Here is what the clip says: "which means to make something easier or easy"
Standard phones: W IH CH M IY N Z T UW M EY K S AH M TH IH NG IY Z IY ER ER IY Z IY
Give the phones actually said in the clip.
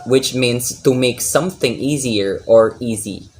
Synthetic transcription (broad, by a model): W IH CH M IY N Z T UW M EY K S AH M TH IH NG IY Z IY ER ER IY Z IY